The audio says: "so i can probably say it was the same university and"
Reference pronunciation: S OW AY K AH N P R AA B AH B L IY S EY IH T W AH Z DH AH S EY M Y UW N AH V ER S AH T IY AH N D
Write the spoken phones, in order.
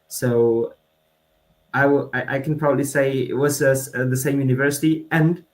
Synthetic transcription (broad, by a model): S OW AY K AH N P R AA B AH B L IY S EY IH T W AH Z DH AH S EY M Y UW N AH V ER S AH T IY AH N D